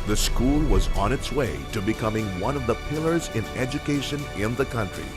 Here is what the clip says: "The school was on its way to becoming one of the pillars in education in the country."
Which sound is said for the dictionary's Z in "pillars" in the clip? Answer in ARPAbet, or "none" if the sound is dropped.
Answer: Z